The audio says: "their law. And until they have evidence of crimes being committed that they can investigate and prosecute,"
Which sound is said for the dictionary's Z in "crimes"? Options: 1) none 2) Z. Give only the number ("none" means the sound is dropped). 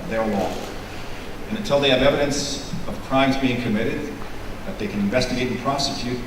2